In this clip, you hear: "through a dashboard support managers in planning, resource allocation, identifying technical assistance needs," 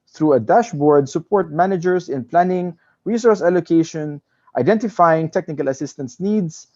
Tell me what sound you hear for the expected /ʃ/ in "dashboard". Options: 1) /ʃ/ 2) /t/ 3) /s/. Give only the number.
1